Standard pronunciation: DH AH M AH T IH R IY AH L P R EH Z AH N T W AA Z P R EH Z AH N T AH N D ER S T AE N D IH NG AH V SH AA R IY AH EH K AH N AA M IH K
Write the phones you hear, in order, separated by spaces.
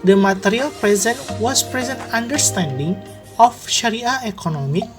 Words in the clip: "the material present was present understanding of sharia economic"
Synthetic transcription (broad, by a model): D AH M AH T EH R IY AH L P R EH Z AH N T W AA S P R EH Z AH N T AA N D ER S T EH N D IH NG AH F SH AA R IY AH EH K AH N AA M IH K